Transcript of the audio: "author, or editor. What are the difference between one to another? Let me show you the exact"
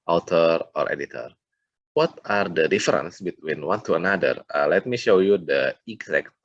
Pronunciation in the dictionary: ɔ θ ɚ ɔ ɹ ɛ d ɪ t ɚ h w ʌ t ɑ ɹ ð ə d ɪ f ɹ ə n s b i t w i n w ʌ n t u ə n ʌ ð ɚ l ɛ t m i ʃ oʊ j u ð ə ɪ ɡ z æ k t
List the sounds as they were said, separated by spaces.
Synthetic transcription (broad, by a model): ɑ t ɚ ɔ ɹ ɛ d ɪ t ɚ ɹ w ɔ t ɑ ɹ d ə d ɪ f ɹ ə n s b i t w i n w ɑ n t u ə n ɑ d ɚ l ɛ t m i ʃ oʊ j u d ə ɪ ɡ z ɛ k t